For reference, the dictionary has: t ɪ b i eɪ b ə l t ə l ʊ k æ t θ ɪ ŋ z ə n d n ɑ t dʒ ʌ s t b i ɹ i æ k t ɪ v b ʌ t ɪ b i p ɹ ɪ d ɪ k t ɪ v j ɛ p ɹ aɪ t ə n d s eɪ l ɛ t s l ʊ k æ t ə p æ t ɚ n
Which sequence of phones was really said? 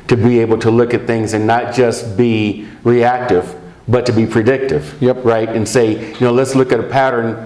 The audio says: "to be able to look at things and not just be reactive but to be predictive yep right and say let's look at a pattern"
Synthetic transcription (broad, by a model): t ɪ b i eɪ b l t ə l ʊ k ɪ t θ ɪ ŋ z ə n n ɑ t dʒ ʌ s t b i ɹ i æ k t ɪ v b ʌ t ɪ b i p ɹ ɪ d ɪ k t ɪ v j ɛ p ɹ aɪ t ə n s eɪ l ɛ t s l ʊ k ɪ t ə p æ t ɚ n